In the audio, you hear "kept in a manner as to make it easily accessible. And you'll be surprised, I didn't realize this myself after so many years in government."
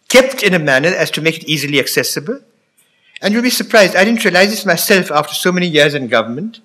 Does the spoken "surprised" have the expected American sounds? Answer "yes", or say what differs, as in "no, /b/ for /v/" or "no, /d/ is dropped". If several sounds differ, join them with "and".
yes